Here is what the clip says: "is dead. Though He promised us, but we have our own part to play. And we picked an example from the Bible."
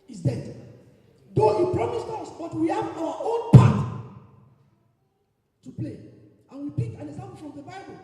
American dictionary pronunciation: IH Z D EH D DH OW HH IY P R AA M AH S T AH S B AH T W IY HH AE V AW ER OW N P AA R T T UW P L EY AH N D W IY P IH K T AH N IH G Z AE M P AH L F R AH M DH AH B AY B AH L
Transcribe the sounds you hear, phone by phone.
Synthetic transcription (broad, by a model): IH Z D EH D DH OW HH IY P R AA M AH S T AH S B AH T W IY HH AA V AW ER OW N P AA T T UW P L EY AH N W IY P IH K AH N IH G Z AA M P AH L F R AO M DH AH B AY B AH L